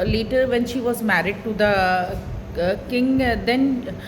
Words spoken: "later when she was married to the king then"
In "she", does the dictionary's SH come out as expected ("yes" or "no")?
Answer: yes